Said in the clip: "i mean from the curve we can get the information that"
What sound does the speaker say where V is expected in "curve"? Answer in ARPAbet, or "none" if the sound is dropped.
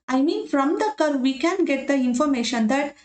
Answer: V